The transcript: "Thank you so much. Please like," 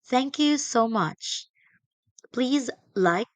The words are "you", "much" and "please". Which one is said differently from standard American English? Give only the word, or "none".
none